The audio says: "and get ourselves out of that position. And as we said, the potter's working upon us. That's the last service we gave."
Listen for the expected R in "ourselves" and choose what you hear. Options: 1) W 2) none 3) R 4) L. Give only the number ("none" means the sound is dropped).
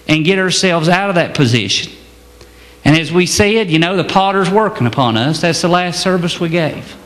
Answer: 3